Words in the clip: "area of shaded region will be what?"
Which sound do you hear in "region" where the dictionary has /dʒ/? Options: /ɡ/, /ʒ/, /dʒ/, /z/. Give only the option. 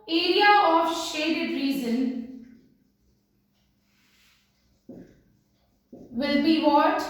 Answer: /z/